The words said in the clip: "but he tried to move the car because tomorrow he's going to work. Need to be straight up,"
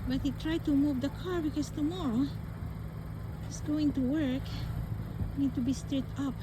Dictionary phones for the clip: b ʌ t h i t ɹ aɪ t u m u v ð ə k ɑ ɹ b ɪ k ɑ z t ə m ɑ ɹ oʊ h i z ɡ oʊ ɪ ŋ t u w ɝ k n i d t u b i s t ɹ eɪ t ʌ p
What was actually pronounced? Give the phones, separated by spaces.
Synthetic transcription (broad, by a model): b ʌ t h i t ɹ aɪ t u m u v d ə k ɑ ɹ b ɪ k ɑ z t ə m ɑ ɹ oʊ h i s ɡ oʊ ɪ ŋ t u w ɝ k n i d t u b i s t ɹ eɪ t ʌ p